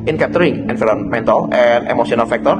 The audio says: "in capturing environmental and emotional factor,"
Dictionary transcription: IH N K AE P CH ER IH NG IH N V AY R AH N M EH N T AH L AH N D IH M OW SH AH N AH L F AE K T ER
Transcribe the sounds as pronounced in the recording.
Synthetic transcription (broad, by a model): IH N K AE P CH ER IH NG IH N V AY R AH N M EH N T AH L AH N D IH M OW S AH N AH L F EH K T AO